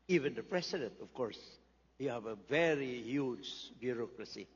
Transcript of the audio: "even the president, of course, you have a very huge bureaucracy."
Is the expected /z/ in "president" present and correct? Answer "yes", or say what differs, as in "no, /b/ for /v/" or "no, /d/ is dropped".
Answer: no, /s/ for /z/